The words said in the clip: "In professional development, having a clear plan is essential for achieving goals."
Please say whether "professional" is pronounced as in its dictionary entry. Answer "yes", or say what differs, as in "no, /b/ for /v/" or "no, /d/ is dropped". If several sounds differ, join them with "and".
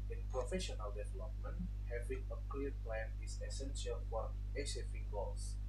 yes